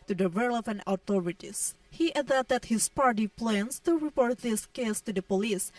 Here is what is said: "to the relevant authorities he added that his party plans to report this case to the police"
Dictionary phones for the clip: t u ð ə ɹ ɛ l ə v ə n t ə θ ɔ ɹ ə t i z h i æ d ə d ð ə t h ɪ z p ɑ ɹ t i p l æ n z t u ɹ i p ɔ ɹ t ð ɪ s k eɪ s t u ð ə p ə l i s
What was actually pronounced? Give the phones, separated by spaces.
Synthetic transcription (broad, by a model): t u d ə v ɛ l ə p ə n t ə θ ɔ ɹ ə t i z h i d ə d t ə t h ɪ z p ɑ ɹ t i p l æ n s t u ɹ i p ɔ ɹ t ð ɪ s k eɪ s t u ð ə p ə l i s